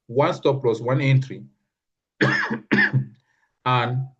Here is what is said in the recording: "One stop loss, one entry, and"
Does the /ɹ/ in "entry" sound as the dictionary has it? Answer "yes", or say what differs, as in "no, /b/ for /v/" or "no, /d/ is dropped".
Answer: yes